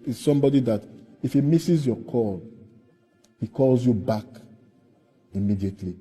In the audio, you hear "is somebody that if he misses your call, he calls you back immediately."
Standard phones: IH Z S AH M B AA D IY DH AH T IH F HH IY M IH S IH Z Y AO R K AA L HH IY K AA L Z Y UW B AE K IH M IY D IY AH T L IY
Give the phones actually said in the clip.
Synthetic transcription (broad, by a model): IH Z S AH M B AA D IY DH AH T IH F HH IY M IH S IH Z Y AO K AA L HH IY K AA L Z Y UW B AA K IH M IY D IY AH T L IY